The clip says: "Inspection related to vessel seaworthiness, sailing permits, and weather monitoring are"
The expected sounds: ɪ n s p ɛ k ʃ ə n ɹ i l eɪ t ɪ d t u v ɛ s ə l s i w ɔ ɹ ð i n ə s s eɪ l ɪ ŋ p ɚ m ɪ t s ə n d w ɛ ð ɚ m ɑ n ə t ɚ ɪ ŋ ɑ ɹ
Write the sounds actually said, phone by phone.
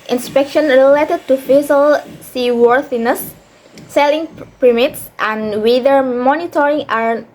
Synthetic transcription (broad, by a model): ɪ n s p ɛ k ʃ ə n ɹ i l eɪ t ɪ d t u f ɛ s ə l s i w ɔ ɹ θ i n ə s s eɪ l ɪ ŋ p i m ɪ t s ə n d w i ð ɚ m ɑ n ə t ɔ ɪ ŋ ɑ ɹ